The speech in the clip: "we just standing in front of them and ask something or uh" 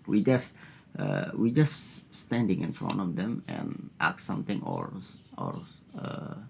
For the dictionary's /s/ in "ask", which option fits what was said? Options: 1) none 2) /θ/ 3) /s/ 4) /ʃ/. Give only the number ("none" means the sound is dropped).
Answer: 1